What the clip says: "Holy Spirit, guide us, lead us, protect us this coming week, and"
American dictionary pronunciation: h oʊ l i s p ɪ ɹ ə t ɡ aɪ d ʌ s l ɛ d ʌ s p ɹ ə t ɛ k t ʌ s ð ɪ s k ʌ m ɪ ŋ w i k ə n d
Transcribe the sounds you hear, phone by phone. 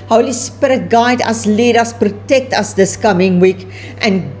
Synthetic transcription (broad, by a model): h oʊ l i s p ɪ ɹ ə t ɡ aɪ d ʌ s l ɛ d ʌ s p ɹ ə t ɛ k t ʌ s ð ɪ s k ʌ m ɪ ŋ w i k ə n